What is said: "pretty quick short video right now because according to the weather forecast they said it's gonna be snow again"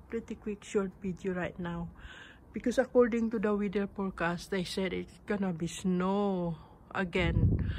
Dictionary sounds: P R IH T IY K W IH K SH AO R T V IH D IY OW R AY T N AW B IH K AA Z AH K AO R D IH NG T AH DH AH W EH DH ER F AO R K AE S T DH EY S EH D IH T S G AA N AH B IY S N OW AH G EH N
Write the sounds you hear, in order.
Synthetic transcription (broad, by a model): P R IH T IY K W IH K SH AO R T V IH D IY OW R AY T N AW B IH K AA S AH K AO R D IH NG T AH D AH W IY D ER P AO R K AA S T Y S EH D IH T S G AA N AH B IY S N OW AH G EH N